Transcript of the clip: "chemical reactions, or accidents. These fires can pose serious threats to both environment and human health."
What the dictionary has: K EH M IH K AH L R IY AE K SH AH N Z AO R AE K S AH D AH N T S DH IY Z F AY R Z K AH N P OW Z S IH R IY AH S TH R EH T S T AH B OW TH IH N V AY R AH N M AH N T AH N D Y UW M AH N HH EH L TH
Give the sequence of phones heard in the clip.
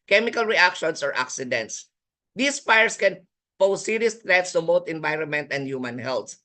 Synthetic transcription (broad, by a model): K EH M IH K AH L R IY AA K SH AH N S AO R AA K S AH D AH N T S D IY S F AY R S K AH N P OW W S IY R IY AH S T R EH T S T AH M OW T IH N V AY R AH N M AH N T AH N D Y UW M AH N HH EH L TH